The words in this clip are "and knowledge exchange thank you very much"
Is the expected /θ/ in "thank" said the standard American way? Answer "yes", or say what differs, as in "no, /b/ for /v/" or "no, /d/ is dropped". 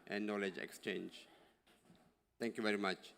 no, /t/ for /θ/